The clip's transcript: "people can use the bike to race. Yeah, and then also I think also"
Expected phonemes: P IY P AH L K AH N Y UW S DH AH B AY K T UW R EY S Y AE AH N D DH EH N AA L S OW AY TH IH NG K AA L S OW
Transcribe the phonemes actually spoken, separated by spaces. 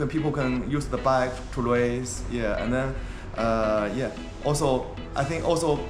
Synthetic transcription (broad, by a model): P IY P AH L K AH N Y UW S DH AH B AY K T UW L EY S Y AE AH N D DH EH N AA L S OW AY TH IH NG K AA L S OW